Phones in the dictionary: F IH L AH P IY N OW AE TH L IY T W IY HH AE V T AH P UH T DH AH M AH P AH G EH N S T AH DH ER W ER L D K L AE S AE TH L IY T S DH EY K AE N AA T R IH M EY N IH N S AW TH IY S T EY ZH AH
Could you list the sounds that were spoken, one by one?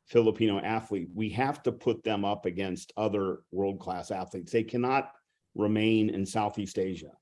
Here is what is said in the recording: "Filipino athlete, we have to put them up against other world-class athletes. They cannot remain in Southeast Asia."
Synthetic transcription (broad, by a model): F IH L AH P IY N OW AE TH L IY T W IY HH AE F T AH P UH T DH AH M AH P AH G EH N S T AH DH ER W ER L D K L AE S AE TH L IY T S DH EY K AE N AA T R IH M EY N IH N S AW TH IY S T EY ZH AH